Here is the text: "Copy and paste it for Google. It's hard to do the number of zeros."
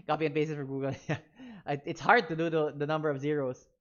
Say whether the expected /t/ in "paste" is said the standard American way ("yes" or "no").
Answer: no